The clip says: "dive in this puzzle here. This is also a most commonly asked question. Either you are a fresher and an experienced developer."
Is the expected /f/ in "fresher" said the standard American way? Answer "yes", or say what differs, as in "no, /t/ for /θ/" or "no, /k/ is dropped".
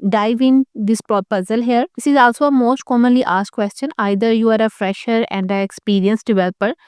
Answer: yes